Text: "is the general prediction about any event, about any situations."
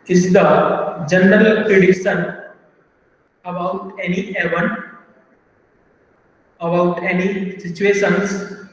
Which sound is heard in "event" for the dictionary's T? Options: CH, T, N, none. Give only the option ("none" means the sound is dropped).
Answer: none